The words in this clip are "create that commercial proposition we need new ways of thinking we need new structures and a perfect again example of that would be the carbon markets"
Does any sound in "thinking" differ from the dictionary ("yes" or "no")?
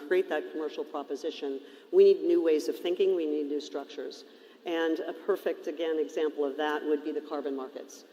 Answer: no